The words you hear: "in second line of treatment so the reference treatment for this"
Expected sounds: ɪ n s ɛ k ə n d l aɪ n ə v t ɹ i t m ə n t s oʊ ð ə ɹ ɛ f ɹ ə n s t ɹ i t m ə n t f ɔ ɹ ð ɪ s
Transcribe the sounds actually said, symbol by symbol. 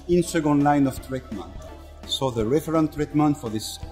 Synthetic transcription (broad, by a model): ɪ n s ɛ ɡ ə n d l aɪ n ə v t ɹ i t m ə n t s oʊ ð ə ɹ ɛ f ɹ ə n t ɹ i t m ə n t f ɔ ɹ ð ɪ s